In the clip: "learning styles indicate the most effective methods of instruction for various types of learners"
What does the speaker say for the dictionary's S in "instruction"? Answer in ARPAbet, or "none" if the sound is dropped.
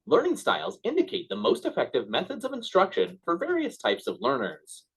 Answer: S